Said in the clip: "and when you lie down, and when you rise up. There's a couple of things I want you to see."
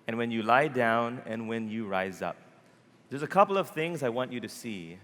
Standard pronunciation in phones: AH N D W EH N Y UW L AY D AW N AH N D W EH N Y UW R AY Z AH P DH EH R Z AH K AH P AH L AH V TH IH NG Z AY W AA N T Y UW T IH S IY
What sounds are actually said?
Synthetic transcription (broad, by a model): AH N W EH N Y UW L AY D AW N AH N W EH N Y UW R AY Z AH P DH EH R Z AH K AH P L AH V TH IH NG Z AY W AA N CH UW T IH S IY